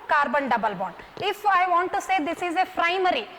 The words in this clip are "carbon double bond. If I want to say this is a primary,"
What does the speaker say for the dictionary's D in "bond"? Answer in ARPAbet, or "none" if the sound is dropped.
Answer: none